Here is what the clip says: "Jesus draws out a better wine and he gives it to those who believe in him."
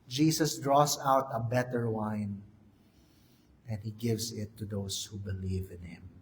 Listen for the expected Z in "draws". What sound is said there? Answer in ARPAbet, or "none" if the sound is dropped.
S